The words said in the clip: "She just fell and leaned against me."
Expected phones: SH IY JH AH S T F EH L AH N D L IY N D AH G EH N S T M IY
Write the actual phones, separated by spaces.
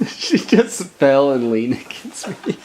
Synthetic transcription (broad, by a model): SH IY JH AH S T F EH L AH N L IY N AH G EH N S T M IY